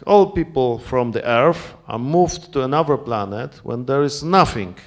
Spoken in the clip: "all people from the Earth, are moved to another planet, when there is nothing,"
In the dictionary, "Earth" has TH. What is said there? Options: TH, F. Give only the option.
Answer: F